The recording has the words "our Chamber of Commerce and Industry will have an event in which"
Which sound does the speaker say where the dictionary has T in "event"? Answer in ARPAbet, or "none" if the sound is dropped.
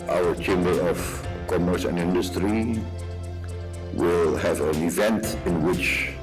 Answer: T